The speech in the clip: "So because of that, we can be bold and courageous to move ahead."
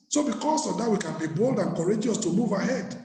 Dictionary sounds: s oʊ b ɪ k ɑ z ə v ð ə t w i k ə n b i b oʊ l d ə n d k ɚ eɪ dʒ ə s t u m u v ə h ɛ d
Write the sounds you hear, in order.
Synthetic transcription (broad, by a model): s oʊ b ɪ k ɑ s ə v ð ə t w i k ə n b i b oʊ l d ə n k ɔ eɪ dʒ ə s t u m u v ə h ɛ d